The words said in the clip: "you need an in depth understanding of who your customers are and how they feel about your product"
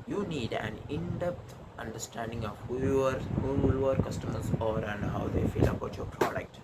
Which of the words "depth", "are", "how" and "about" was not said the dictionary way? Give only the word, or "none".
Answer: depth